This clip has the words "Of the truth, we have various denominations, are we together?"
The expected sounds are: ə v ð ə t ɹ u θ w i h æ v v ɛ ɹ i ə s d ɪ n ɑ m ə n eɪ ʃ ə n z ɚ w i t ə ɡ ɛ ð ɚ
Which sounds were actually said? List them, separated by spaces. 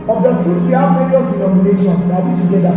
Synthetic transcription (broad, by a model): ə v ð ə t u s w i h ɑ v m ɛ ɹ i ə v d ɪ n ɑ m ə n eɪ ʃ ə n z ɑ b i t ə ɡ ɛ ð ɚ